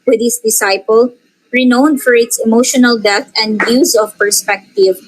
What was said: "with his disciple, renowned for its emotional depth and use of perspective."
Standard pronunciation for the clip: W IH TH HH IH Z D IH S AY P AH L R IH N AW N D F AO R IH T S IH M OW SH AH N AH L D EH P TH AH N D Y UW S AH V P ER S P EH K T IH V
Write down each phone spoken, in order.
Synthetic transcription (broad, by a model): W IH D HH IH S D IH S AY P AH L R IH N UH N D F AO R IH T S IH M OW SH AH N AH L D EH TH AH N D Y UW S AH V P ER S P EH K T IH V